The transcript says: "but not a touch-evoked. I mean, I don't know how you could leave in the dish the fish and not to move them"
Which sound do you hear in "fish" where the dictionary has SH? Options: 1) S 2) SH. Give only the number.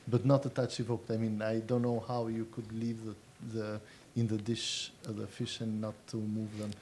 2